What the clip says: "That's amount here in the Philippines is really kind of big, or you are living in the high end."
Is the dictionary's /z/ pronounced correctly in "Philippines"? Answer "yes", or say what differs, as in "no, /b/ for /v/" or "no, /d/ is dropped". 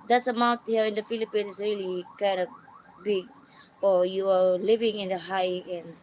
no, /z/ is dropped